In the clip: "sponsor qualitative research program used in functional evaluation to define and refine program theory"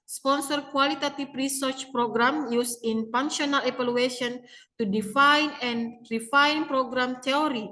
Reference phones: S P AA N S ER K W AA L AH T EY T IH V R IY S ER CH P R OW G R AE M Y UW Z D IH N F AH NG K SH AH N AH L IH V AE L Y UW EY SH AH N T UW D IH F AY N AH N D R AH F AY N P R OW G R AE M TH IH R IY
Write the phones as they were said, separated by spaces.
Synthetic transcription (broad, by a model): S P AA N S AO K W AA L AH T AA T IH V R IY S ER CH P R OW G R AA M Y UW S IH N P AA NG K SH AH N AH L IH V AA L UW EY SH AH N T UW D IH F AY N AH N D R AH F AY N P R OW G R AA M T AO R IY